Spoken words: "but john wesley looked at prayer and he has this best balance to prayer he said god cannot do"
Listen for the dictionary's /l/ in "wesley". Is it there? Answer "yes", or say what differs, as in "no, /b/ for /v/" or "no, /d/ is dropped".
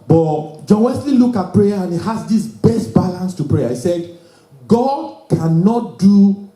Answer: yes